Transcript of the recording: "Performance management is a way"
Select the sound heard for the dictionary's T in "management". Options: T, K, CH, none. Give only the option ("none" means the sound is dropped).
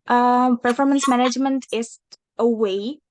T